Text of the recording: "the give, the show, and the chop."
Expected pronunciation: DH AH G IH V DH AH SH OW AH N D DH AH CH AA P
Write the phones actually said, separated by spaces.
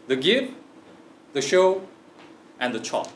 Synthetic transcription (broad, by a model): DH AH G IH F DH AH SH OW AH N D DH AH CH AA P